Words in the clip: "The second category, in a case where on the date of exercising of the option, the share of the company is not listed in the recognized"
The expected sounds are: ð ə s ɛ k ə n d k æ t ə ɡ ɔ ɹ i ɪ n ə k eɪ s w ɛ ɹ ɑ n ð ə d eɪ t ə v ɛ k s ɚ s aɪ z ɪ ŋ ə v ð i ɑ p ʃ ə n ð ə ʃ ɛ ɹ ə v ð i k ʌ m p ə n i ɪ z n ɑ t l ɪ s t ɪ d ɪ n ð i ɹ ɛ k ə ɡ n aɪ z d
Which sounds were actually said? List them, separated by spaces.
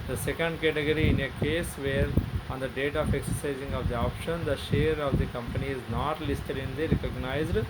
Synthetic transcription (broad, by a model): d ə s ɛ k ə n d k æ t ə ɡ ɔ ɹ i ɪ n ə k eɪ s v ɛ ɹ ɑ n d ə d eɪ t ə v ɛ k s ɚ s aɪ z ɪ ŋ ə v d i ɑ p ʃ ə n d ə ʃ ɛ ɹ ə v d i k ʌ m p ə n i ɪ z n ɑ t l ɪ s t ɪ d ɪ n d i ɹ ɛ k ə ɡ n aɪ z d